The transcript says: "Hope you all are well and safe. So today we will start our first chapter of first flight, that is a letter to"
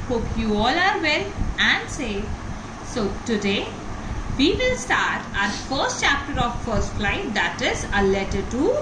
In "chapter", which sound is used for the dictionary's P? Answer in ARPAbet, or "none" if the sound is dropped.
P